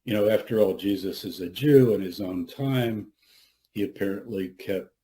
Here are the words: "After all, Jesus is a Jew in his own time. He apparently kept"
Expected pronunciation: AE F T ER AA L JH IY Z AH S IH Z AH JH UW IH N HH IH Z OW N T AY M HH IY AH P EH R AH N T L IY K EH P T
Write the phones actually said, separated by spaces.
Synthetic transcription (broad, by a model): AE F T ER AA L JH IY Z AH S IH Z AH JH UW IH N IH Z OW N T AY M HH IY AH P EH R AH N T L IY K EH P T